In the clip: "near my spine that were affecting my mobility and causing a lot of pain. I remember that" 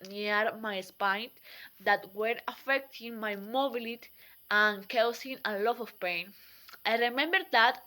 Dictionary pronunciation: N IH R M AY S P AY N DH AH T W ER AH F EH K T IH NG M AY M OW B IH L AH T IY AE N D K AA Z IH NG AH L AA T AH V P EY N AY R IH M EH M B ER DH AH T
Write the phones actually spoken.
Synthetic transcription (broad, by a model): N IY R M AY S P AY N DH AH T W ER AH F EH K T IH NG M AY M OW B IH L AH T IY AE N K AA S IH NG AH L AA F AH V P EY N AY R IH M EH M B ER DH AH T